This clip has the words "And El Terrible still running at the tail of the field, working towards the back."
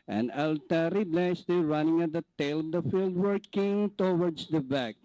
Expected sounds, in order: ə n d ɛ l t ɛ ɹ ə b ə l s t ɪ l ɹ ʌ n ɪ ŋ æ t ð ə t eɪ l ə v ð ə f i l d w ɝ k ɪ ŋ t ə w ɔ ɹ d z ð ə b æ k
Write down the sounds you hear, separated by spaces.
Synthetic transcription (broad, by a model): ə n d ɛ l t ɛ ɹ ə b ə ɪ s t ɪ ɹ ʌ n ɪ ŋ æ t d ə t eɪ l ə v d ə f i l d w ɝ k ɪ ŋ t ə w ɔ ɹ d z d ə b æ k